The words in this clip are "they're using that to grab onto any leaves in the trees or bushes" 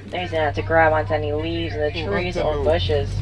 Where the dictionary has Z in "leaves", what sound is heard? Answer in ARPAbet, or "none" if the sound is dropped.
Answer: Z